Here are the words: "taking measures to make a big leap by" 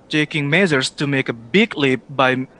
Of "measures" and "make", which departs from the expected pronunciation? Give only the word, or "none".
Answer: measures